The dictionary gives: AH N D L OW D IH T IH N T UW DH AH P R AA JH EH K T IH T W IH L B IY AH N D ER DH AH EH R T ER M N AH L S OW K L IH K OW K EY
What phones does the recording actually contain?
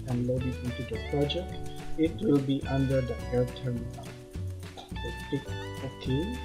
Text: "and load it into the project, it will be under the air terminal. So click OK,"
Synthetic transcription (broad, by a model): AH N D L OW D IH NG IH N T UW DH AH P R AA JH EH K T IH T W IH L B IY AH N D ER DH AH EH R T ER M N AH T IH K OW K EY